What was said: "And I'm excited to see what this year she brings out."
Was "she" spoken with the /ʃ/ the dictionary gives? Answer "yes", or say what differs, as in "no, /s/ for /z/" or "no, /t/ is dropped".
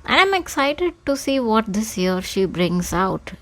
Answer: yes